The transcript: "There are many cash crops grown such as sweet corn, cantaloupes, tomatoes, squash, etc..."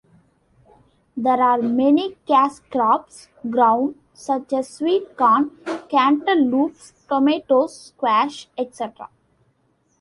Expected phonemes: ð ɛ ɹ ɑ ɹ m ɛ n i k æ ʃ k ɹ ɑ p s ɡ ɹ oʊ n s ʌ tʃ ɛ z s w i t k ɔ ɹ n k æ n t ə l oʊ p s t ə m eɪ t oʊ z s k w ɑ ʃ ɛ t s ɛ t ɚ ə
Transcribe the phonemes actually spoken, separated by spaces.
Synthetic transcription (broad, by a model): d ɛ ɹ ɑ ɹ m ɛ n i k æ s k ɹ ɑ p s ɡ ɹ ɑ n s ʌ tʃ ɛ z s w i t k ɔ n k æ n t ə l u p s t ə m eɪ t oʊ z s k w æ ʃ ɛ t s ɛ t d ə